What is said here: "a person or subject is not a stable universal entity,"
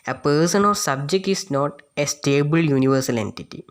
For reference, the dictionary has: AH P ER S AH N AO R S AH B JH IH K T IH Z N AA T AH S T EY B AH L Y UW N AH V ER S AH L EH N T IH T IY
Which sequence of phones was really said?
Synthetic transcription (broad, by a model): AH P ER S AH N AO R S AH B JH IH K T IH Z N AA T AH S T EY B AH L Y UW N AH V ER S AH L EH N T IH T IY